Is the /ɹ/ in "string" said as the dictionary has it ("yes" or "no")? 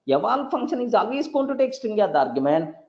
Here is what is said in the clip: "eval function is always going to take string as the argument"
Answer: no